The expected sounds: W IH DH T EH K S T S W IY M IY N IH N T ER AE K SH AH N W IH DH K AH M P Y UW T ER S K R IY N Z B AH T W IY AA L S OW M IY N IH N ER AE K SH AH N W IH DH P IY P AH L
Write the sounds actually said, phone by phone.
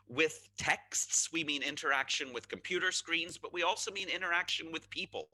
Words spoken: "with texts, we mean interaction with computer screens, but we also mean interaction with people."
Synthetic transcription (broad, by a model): W IH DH T EH K S T S W IY M IY N IH N T ER AE K SH AH N W IH DH K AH M P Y UW T ER S K R IY N Z B AH T W IY AA L S OW M IY N IH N ER AE K SH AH N W IH DH P IY P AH L